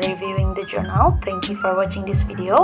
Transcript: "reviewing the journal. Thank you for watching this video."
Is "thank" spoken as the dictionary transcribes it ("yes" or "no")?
no